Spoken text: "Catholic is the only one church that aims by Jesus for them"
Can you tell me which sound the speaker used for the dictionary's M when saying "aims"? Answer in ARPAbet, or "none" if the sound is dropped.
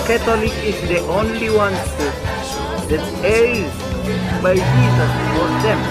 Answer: none